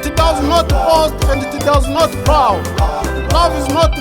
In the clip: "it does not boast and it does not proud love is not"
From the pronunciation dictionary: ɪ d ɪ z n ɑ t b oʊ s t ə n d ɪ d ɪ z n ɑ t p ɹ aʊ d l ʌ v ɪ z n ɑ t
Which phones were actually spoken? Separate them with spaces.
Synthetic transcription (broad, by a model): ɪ d ɪ z n ɑ t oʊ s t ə n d ɪ d ɪ z n ɑ t b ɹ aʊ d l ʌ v ɪ z n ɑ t